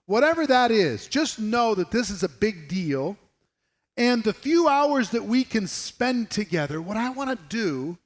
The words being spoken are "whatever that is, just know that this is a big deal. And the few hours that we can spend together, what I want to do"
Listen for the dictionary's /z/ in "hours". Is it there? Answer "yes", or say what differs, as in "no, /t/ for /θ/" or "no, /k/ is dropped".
yes